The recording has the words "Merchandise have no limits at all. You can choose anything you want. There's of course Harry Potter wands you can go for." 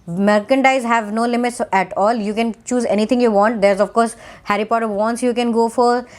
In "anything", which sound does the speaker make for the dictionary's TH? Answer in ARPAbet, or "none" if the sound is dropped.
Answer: T